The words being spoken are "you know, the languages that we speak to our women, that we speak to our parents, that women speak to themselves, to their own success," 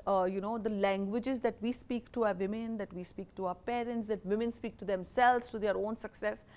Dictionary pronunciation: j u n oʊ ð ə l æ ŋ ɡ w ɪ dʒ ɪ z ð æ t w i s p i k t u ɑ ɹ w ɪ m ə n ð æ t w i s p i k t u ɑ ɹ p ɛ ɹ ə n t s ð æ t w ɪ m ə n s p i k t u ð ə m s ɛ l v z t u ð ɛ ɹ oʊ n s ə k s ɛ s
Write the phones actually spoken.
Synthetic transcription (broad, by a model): j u n oʊ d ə l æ ŋ ɡ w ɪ dʒ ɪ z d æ t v i s p i k t u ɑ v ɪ m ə n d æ t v i s p i k t u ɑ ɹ p ɛ ɹ ə n t s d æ t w ɪ m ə n s p i k t u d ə m s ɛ l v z t u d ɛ ɹ oʊ n s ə k s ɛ s